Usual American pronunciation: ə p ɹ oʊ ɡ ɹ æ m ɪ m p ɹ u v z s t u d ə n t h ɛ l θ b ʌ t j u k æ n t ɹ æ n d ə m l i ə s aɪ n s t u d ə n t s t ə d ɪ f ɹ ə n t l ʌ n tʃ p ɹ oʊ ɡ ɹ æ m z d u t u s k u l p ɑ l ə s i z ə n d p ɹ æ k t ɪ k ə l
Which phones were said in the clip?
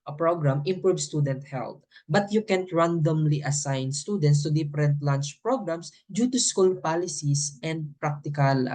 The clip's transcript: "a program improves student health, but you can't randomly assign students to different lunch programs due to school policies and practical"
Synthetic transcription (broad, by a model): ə p ɹ oʊ ɡ ɹ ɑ m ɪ m p ɹ u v s t u d ə n t h ɛ l t b ʌ t j u k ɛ n t ɹ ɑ n d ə m l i ə s aɪ n s t u d ə n t s t ə d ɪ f ɹ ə n t l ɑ n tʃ p ɹ oʊ ɡ ɹ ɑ m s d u t u s k u l p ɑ l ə s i s ə n d p ɹ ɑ k t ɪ k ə l